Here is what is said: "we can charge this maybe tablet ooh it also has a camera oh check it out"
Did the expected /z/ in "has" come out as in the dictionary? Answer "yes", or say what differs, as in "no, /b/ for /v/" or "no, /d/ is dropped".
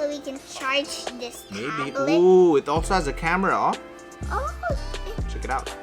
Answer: yes